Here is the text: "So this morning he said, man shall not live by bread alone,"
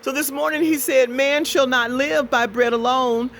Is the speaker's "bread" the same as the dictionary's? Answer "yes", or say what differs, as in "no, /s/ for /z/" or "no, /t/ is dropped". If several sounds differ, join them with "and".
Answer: yes